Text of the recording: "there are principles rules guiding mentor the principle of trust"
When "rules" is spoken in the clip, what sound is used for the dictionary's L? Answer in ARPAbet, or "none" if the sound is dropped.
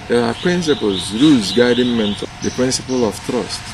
none